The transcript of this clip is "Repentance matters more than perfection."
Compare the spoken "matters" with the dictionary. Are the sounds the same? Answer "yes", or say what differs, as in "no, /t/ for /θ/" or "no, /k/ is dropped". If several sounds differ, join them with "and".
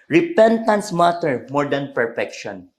no, /z/ is dropped